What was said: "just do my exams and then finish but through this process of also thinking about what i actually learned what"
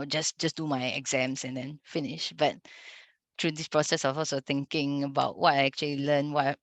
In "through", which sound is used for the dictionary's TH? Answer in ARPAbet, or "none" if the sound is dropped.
T